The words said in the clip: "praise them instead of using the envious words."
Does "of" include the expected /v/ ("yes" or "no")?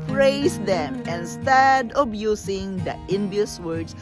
no